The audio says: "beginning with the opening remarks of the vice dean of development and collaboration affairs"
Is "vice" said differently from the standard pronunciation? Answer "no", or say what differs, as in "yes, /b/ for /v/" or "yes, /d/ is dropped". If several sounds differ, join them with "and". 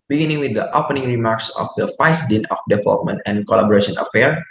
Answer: yes, /f/ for /v/